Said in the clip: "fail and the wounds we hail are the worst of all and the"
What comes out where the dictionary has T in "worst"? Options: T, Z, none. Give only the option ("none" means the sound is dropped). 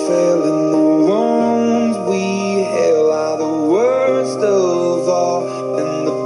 T